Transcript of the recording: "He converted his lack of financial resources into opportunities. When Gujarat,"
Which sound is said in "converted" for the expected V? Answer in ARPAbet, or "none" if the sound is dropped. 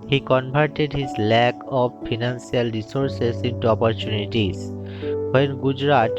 B